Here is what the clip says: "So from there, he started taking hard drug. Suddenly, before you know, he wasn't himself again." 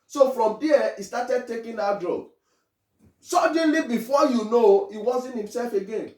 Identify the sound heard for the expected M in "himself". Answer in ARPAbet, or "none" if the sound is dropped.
M